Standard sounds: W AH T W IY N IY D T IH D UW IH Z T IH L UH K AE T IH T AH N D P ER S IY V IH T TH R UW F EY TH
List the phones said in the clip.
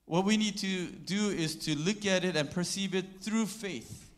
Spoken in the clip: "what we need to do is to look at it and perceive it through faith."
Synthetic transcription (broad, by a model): W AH T W IY N IY D T IH D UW IH Z T IH L UH K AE T IH T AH N P ER S IY V IH T TH R UW F EY TH